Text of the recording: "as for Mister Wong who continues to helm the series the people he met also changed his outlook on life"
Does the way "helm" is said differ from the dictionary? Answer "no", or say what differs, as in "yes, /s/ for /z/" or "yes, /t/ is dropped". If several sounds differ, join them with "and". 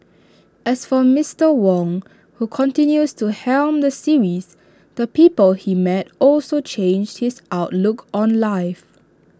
no